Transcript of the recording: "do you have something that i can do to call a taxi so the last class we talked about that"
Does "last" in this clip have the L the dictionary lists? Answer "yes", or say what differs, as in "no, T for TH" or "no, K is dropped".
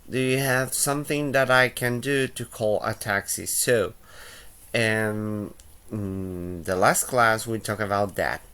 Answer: yes